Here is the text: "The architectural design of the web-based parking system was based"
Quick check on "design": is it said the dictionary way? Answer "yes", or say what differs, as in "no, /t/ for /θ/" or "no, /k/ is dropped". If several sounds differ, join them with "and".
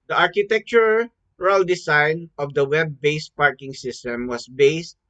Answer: no, /s/ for /z/